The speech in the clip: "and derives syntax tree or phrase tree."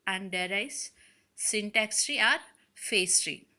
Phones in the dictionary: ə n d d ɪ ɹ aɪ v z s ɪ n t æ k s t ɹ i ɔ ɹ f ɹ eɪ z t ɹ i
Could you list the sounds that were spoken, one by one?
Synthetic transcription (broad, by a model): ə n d d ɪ ɹ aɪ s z s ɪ n t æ k s t ɹ i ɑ ɹ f eɪ s t ɹ i